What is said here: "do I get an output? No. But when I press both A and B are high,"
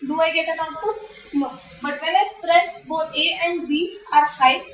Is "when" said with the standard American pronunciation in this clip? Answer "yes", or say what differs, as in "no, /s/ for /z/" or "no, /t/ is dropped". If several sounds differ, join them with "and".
no, /l/ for /n/